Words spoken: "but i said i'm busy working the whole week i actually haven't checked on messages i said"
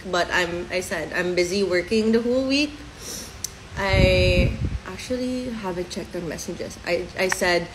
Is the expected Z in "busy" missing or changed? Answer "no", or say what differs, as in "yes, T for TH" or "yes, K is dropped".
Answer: no